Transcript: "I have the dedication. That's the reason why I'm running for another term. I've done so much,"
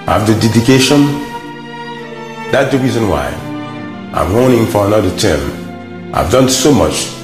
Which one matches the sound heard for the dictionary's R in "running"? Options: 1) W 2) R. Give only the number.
1